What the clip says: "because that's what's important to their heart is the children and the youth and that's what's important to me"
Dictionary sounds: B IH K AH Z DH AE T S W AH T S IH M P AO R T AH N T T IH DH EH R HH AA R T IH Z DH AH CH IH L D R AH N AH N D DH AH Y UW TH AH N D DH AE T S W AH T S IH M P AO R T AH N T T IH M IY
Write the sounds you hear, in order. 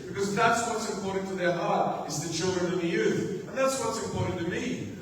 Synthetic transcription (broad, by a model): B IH K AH Z DH AE T S W AH T S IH M P AO R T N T T IH DH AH R HH AA R T IH Z DH AH CH IH L D R AH N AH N DH AH Y UW TH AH N DH AE T S W AH T S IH M P AO R T N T T IH M IY